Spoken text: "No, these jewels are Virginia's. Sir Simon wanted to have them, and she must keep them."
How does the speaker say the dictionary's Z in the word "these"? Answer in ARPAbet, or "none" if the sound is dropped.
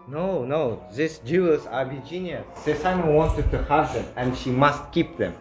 S